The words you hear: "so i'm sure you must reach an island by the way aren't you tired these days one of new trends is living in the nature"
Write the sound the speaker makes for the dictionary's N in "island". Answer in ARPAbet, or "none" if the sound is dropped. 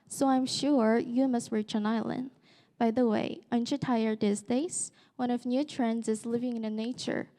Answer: N